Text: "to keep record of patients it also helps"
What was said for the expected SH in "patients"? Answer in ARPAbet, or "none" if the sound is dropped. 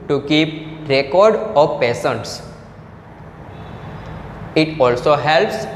S